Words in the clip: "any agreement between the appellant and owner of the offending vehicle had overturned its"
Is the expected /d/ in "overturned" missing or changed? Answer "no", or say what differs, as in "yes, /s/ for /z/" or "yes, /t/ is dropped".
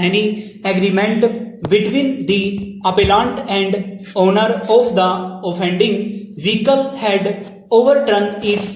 yes, /d/ is dropped